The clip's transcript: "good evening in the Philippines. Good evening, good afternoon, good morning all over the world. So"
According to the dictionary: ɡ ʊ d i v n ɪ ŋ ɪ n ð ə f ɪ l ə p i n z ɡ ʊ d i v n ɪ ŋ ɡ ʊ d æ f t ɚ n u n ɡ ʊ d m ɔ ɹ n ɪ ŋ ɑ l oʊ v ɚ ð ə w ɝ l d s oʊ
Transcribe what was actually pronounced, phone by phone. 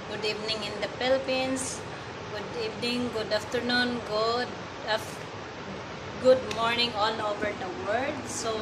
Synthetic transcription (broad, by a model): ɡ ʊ d i v n ɪ ŋ ɪ n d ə p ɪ l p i n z ɡ ʊ d i v n ɪ ŋ ɡ ʊ d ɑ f t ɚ n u n ɡ ʊ d m ɔ ɹ n ɪ ŋ ɑ l oʊ v ɚ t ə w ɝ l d s oʊ